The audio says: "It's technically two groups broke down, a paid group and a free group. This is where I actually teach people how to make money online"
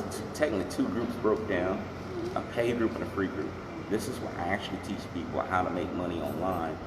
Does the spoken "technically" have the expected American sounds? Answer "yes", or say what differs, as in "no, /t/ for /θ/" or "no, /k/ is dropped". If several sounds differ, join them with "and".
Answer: no, /n/ is dropped